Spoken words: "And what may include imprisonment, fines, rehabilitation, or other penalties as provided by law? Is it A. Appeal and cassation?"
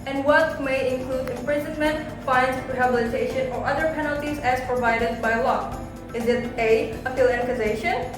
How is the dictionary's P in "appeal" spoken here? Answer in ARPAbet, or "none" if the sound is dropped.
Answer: F